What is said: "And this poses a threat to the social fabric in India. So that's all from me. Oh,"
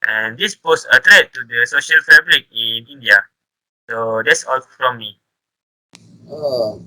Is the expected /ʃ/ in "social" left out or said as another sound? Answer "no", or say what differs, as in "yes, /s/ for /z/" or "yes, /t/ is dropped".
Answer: no